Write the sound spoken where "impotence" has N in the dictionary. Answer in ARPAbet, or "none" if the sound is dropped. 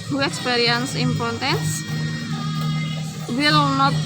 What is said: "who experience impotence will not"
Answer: none